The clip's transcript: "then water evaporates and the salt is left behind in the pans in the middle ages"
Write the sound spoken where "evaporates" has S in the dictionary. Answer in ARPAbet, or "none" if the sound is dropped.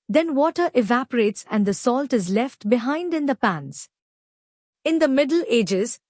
S